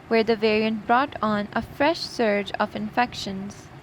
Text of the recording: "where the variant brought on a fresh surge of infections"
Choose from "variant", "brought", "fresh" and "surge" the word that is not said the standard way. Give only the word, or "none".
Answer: none